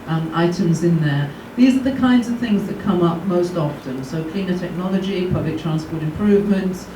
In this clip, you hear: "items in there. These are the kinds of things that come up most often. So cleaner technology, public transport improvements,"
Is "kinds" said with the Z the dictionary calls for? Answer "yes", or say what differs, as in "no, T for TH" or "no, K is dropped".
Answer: yes